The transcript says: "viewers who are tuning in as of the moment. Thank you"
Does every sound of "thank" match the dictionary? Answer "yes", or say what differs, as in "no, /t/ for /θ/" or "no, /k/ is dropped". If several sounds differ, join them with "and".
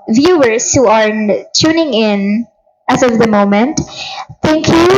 no, /t/ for /θ/